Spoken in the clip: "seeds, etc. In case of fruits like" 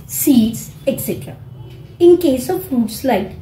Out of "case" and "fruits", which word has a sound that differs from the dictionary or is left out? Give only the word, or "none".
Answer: fruits